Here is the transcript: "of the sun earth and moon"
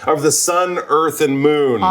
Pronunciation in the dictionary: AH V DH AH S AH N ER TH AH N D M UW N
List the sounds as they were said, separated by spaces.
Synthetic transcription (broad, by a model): AH V DH AH S AH N ER TH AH N M UW N